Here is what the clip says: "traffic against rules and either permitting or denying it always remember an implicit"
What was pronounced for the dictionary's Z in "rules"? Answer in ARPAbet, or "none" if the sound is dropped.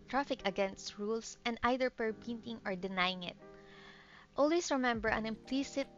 S